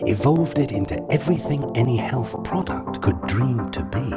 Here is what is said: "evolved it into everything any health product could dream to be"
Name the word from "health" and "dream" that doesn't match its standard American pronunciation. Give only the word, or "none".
none